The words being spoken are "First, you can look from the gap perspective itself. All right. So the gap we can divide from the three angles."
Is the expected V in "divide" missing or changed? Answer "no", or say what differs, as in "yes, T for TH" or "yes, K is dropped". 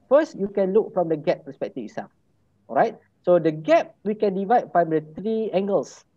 no